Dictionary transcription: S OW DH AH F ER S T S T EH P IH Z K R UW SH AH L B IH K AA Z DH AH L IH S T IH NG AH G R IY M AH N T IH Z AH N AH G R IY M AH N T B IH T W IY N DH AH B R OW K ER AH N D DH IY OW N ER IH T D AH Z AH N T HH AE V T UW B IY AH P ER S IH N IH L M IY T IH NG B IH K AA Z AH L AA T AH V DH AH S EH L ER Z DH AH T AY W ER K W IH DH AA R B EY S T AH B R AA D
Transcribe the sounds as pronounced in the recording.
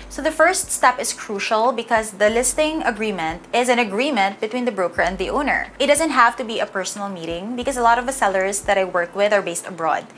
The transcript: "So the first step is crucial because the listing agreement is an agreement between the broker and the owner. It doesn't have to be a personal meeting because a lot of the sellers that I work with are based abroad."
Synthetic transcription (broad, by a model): S OW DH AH F ER S T S T EH P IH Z K R UW SH AH L B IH K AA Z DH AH L IH S T IH NG AH G R IY M AH N T IH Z AH N AH G R IY M AH N T B IH T W IY N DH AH B R OW K ER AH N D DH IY OW N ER IH T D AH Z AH N T HH AE V T UW B IY AH P ER S IH N IH L M IY T IH NG B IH K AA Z AH L AA T AH V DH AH S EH L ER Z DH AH T AY W ER K W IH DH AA R B EY S T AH B R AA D